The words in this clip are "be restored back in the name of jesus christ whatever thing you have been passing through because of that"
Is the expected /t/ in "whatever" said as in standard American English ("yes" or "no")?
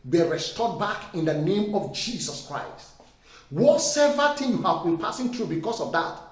no